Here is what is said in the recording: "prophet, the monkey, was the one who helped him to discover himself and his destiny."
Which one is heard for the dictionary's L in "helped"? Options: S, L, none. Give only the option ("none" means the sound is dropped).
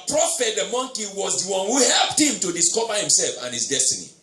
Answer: L